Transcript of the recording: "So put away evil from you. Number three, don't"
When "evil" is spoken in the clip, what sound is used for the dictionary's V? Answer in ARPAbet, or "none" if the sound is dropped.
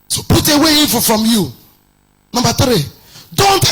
F